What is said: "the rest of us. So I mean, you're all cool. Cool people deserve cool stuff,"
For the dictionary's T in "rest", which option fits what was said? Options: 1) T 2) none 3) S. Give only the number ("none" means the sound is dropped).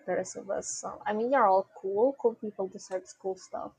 2